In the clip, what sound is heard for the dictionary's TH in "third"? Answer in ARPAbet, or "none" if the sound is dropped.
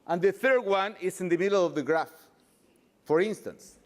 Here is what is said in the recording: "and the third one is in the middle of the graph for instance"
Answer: TH